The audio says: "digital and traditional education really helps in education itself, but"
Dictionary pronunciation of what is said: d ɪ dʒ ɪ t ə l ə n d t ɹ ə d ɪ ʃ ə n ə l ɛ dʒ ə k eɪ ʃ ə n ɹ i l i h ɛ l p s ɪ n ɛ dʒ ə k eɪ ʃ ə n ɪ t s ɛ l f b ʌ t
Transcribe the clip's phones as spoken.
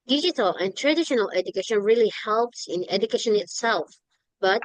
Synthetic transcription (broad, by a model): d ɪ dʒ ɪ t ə l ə n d t ɹ ə d ɪ ʃ ə n ə l ɛ dʒ ə k eɪ ʃ ə n ɹ i l i h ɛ l p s ɪ n ɛ dʒ ə k eɪ ʃ ə n ɪ t s ɛ l f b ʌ t